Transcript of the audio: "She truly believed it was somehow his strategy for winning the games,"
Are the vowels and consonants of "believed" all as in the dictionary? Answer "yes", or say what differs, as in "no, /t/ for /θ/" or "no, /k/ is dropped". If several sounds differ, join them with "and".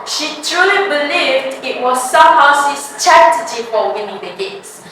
yes